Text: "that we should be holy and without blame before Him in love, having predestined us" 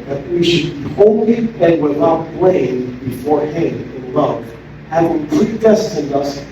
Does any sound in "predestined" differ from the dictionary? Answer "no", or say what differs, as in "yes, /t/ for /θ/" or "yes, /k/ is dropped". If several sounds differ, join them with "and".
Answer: no